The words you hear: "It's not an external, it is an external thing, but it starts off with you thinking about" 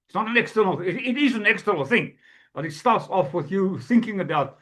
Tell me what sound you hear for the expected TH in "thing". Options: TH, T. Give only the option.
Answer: TH